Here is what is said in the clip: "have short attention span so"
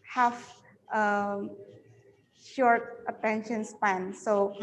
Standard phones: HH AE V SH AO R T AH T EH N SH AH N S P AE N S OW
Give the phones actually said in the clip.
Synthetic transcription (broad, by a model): HH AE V SH AO R T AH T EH N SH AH N S P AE N S OW